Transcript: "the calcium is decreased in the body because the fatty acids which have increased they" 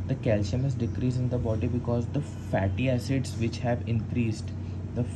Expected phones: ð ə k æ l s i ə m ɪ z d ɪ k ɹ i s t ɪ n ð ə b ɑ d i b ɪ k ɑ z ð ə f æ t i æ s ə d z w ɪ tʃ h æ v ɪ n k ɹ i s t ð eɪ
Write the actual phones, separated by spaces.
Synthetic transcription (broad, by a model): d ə k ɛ l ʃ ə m ɪ z d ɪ k ɹ i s ɪ n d ə b ɑ d i b ɪ k ɑ z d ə f æ t i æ s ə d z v ɪ tʃ h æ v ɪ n k ɹ i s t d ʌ